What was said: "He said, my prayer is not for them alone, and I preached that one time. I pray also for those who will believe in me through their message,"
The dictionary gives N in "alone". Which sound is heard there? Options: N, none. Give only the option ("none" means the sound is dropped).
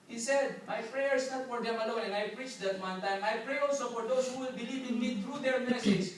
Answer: none